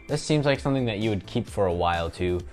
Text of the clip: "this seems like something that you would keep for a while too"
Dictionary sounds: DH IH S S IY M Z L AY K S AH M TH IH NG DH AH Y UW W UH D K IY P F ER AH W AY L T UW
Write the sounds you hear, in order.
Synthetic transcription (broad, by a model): DH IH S S IY M Z L AY K S AH M TH IH NG DH AH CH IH W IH D K IY P F ER AH W AY L T UW